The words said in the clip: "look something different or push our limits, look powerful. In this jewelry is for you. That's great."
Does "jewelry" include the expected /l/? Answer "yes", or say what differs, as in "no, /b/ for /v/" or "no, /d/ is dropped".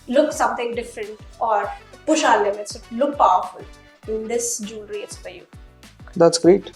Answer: no, /n/ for /l/